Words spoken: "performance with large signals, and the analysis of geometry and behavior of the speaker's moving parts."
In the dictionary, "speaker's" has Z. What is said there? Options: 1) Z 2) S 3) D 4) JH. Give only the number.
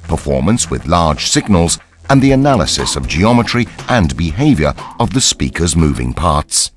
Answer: 1